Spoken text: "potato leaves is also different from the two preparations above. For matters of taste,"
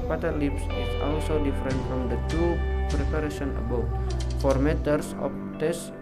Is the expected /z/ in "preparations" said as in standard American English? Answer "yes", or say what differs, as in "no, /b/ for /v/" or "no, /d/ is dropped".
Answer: no, /z/ is dropped